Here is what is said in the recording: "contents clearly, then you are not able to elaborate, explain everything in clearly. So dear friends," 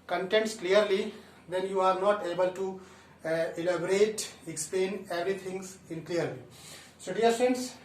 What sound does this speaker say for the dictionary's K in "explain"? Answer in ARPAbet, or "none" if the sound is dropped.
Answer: K